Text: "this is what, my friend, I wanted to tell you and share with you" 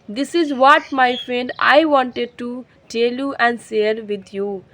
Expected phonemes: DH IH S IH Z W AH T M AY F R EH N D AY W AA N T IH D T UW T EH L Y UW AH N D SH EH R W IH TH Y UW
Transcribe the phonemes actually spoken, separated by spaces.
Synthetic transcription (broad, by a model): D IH S IH Z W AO T M AY F R EH N D AY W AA N T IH D T UW T EH L Y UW AH N D S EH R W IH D Y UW